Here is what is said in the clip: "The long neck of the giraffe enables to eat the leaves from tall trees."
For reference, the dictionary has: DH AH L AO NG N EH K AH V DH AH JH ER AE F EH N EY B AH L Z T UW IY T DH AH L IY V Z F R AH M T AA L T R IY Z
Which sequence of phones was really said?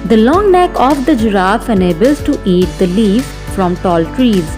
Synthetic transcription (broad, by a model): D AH L AO NG N EH K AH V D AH JH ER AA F EH N EY B AH L Z T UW IY T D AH L IY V F R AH M T AA L T R IY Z